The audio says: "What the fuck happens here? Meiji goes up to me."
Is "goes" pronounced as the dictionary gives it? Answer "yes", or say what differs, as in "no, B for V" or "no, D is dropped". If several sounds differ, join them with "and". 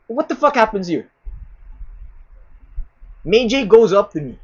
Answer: yes